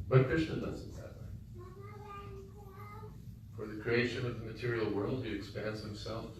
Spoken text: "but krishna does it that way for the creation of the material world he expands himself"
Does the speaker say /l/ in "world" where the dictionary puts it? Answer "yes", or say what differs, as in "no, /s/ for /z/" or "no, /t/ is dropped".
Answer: yes